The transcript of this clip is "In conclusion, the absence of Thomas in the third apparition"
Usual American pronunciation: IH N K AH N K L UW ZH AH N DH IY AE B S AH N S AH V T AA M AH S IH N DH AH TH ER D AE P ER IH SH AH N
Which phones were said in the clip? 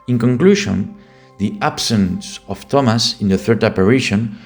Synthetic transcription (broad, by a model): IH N K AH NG K L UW SH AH N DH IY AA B S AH N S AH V T AA M AH S IH N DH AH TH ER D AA P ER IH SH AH N